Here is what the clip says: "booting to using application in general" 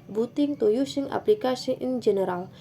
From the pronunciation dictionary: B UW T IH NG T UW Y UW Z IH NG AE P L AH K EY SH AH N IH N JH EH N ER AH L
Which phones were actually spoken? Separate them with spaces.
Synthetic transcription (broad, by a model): B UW T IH NG T UW Y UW S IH NG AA P L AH K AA S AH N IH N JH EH N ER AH L